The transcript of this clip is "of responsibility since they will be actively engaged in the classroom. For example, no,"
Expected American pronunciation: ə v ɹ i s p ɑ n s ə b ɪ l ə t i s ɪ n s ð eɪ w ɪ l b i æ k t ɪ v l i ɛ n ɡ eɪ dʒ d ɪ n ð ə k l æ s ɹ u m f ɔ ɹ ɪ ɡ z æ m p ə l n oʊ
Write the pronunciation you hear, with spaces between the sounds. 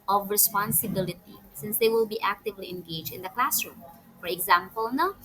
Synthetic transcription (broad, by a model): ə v ɹ i s p ɑ n s ə b ɪ l ə t i s ɪ n s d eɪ w ɪ l b i æ k t ɪ v l i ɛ n ɡ eɪ dʒ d ɪ n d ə k l æ s ɹ u m f ɔ ɹ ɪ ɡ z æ m p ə l n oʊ